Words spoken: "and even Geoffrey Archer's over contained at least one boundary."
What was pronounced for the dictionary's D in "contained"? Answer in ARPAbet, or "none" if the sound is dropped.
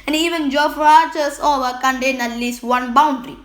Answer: none